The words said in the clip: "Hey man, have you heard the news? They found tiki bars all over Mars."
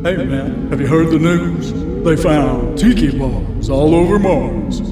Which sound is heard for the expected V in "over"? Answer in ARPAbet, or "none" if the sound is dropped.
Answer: V